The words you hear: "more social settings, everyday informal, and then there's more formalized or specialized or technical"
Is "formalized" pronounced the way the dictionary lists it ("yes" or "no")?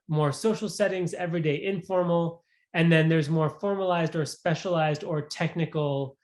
yes